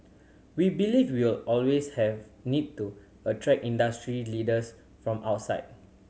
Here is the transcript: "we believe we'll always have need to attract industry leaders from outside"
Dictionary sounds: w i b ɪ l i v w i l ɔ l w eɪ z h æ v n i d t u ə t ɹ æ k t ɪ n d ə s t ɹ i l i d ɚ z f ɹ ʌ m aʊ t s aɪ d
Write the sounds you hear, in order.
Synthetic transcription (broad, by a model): w i b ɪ l i w w i l ɔ l w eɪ s h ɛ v n i d t u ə t ɹ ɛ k i n d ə s t ɹ i l i d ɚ s f ɹ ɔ m aʊ t s aɪ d